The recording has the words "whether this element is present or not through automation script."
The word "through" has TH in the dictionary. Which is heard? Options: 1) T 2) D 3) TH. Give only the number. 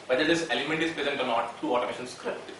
1